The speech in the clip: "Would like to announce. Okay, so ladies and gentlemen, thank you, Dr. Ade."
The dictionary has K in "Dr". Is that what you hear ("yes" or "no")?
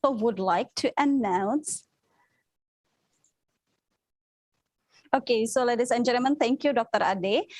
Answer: yes